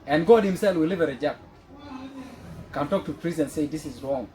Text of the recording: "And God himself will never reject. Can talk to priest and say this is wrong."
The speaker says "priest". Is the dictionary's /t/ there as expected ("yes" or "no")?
no